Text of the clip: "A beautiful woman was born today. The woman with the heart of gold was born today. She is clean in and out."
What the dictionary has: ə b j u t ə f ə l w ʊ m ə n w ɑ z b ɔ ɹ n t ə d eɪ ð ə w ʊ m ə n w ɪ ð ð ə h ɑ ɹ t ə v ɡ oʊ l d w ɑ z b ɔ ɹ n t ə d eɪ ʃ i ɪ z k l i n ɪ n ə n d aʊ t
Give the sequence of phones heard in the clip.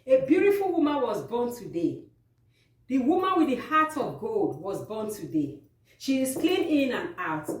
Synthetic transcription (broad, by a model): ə b j u t ə f ə l w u m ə n w ɑ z b ɔ n t ə d eɪ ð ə w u m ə n w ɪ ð ð ə h ɑ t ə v ɡ oʊ l d w ɑ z b ɔ n t ə d eɪ ʃ i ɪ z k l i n ɪ n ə n aʊ t